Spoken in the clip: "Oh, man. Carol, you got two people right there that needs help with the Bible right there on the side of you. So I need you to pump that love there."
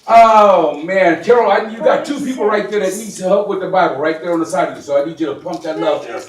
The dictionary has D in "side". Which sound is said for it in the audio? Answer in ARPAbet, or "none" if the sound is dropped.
D